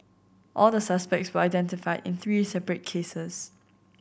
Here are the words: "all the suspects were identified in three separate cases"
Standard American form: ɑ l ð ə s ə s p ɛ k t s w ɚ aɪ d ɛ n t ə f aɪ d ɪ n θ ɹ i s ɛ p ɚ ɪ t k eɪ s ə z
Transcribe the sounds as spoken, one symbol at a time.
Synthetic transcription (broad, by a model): ɑ l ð ə s ə s p ɛ k t s w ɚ aɪ d ɛ n t ə f aɪ d ɪ n θ ɹ i s ɛ p ɚ ɪ t k eɪ s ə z